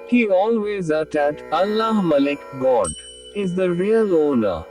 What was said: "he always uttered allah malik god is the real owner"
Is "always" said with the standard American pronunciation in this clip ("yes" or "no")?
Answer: yes